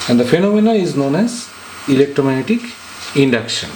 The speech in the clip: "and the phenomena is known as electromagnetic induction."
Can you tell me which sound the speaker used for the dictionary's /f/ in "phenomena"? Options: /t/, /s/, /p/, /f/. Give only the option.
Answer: /f/